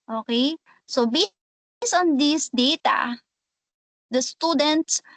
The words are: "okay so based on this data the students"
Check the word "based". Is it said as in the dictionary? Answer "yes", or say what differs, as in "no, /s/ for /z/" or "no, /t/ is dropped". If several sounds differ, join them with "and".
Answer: no, /t/ is dropped